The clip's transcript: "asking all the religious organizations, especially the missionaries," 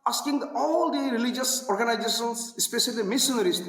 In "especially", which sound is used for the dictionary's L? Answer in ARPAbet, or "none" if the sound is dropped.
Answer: none